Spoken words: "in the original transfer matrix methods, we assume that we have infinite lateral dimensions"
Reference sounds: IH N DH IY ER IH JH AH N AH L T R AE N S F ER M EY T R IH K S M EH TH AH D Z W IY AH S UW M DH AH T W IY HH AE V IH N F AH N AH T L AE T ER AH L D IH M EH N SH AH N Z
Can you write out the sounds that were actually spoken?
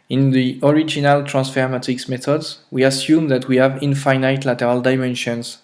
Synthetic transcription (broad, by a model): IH N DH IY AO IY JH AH N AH L T R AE N S F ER M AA T IH K S M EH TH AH D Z W IY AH S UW M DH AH T W IY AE V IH N F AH N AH T L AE T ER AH L D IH M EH N SH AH N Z